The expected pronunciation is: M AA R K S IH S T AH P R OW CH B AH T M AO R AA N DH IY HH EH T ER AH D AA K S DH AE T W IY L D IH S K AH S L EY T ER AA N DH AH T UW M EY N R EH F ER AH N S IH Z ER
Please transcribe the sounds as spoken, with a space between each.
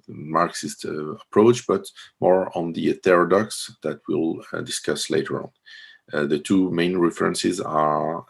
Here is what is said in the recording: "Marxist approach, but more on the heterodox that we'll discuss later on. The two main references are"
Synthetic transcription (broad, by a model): M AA R K S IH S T AH P R OW CH B AH T M AO R AA N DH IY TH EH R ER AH D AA K S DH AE T W IY L D IH S K AH S L EY T ER AA N DH AH T UW M EY N R EH F ER AH N S IH Z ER